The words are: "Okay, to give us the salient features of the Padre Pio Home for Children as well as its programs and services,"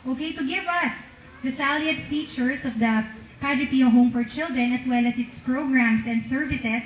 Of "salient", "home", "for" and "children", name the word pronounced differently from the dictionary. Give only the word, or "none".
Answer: salient